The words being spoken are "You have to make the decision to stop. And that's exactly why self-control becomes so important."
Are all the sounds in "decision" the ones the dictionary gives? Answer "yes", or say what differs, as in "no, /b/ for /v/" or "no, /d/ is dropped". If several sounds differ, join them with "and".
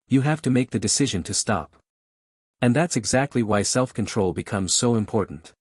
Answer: yes